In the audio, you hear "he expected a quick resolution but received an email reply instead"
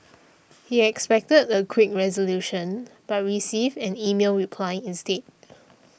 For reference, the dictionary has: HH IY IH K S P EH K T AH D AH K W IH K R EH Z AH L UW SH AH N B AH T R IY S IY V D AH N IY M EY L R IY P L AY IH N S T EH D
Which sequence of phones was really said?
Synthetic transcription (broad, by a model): HH IY IH K S P EH K T AH D AH K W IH K R EH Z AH L UW SH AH N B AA T R IY S IY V AH N IY M EY L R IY P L AY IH N S T EH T